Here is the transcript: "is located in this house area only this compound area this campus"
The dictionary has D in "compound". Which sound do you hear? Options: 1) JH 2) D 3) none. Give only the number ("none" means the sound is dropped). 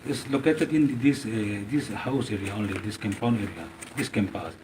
3